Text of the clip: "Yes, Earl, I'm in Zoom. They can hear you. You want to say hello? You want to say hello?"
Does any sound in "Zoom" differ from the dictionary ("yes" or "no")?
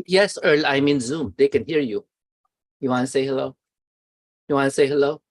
no